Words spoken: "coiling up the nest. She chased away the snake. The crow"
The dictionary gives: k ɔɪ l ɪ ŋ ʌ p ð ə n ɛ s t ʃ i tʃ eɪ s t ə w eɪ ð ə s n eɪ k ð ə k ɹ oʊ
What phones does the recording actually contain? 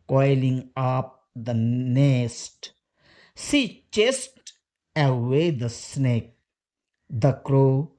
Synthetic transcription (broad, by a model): k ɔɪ l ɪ ŋ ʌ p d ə n ɛ s t s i tʃ eɪ s t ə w eɪ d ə s n eɪ k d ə k ɹ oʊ